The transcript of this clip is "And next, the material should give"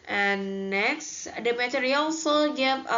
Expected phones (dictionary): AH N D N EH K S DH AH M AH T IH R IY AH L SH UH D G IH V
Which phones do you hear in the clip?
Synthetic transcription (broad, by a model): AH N N EH K S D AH M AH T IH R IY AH L S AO G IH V